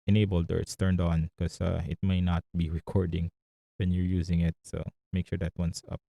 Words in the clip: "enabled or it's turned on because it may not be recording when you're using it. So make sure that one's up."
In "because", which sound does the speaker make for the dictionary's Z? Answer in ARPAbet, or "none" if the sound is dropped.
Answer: none